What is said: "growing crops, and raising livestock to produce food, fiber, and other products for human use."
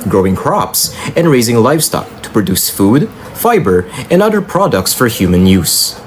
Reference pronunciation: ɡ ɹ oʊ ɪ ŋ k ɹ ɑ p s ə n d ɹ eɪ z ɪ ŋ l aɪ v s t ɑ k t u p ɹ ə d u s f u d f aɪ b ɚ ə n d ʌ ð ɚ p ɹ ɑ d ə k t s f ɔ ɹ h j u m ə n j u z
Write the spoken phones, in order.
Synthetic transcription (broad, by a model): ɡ ɹ oʊ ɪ ŋ k ɹ ɑ p s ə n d ɹ eɪ z ɪ ŋ l aɪ f s t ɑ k t u p ɹ ə d u s f u d f aɪ b ɚ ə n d ʌ ð ɚ p ɹ ɑ d ə k t s f ɔ ɹ h j u m ə n j u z